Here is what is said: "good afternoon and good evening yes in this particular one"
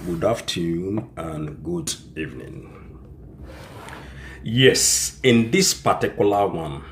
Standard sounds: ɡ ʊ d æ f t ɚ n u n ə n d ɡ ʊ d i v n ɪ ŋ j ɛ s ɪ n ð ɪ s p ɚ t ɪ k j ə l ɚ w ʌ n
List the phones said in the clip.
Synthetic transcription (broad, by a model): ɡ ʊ d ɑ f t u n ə n ɡ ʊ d i v n ɪ ŋ j ɛ s ɪ n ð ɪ s p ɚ t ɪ k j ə l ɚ w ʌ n